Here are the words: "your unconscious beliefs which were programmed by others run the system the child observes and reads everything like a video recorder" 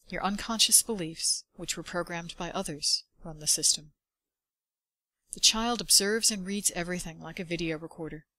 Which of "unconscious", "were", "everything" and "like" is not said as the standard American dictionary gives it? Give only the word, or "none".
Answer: none